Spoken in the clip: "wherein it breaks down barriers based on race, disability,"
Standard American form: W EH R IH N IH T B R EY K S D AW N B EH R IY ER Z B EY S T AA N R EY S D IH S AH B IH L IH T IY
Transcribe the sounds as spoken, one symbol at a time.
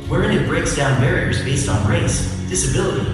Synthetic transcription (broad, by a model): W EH R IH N IH T B R EY K S D AW N B EH R IY ER Z B EY S T N R EY S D IH S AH B IH L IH T IY